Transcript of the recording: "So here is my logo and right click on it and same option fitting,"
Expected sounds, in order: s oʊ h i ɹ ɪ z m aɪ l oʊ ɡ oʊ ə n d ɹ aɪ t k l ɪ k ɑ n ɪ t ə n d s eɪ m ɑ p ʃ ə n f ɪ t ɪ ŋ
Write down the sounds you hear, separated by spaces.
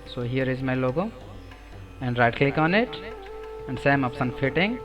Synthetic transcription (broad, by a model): s oʊ h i ɹ ɪ z m aɪ l oʊ ɡ oʊ ə n d ɹ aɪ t k l ɪ k ɑ n ɪ t ə n d s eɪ m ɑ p s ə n f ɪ t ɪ ŋ